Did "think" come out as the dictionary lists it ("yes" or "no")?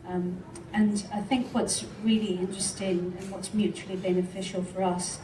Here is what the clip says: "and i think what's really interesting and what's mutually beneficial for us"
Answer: yes